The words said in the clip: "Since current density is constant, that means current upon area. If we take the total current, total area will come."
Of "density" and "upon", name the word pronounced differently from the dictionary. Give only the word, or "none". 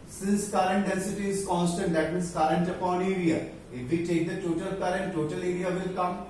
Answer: density